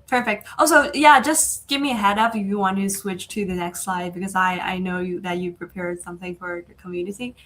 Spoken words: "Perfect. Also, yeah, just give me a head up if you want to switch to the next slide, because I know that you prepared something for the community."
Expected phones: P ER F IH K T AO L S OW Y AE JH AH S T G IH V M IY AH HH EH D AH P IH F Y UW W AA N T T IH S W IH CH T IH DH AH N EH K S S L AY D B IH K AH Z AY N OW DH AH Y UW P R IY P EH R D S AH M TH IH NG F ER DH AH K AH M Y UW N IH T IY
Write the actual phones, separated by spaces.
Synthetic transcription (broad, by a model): P ER F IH K T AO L S OW Y AE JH AH S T G IH V M IY AH HH EH D AH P IH F Y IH W AA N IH T IH S W IH CH T IH DH AH N EH K S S L AY D B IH K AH Z AY N OW DH AH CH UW P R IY P EH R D S AH M TH IH NG F ER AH K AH M Y UW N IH T IY